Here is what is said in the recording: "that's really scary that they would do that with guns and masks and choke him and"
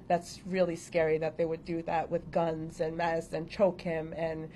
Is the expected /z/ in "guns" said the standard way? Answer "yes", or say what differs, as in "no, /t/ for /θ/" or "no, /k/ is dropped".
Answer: yes